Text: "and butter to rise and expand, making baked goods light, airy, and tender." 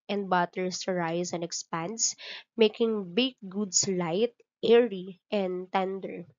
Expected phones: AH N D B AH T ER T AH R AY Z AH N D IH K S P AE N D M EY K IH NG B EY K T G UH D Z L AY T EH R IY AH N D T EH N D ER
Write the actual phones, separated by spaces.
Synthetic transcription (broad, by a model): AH N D B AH T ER S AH R AY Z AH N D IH K S P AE N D M EY K IH NG B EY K G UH D S L AY T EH R IY AH N D T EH N D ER